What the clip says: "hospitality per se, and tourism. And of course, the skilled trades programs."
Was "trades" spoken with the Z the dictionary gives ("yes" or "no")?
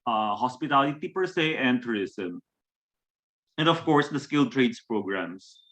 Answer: no